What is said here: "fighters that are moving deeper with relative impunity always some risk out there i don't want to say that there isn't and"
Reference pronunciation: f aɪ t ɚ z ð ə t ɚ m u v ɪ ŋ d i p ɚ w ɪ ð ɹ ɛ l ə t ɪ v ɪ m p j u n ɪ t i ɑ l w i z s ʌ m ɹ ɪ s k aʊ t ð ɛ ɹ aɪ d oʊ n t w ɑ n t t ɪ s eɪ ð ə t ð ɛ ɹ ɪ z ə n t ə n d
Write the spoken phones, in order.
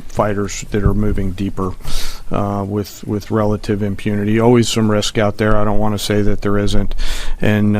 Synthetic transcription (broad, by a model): f aɪ t ɚ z ð ə t ɚ m u v ɪ ŋ d i p ɚ w ɪ ð ɹ ɛ l ə t ɪ v ɪ m p j u n ɪ t i ɑ l w i z s ʌ m ɹ ɪ s k aʊ t ð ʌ ɹ aɪ d oʊ n t w ɑ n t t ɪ s eɪ ð ə t ð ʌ ɹ ɪ z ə n t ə n